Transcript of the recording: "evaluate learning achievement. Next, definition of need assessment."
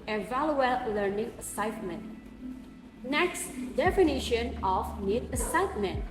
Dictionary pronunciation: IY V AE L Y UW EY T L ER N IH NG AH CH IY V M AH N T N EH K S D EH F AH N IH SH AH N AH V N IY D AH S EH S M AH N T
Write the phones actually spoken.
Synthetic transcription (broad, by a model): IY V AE L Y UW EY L L ER N IH NG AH S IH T M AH N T N EH K S D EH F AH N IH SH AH N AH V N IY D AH S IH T M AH N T